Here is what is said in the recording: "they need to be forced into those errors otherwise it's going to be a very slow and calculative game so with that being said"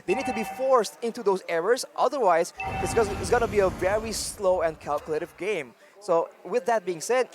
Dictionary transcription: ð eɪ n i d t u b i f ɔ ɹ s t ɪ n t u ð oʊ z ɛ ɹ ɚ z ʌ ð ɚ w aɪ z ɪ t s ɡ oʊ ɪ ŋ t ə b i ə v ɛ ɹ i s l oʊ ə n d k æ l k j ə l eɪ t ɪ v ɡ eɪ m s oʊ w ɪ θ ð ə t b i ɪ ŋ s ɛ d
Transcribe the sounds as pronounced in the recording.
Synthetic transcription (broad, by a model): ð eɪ n i d t u b i f ɔ ɹ s t ɪ n t u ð oʊ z ɛ ɹ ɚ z ʌ ð ɚ w aɪ z ɪ t s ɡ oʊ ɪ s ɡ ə b i ə v ɛ ɹ i s l oʊ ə n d k æ l k j ə l eɪ t ɪ v ɡ eɪ m s oʊ w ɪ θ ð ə t b i ɪ ŋ s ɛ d